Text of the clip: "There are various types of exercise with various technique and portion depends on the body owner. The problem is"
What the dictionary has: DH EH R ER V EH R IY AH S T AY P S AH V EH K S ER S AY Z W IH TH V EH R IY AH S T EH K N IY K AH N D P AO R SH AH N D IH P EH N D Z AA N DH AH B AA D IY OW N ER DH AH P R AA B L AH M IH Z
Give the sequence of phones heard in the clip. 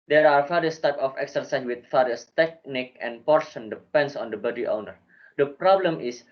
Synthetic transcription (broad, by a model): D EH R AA F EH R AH S T AY P AH F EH K S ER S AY S W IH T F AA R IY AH S T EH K N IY K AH N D P AO R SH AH N D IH P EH N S AA N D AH B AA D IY OW N ER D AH P R AA B L AH M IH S